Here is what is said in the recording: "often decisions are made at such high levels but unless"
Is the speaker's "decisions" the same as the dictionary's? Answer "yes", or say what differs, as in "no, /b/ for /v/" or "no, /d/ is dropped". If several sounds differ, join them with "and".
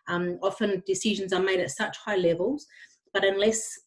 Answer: yes